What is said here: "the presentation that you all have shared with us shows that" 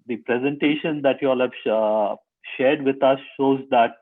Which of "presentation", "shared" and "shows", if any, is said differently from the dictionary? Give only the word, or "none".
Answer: none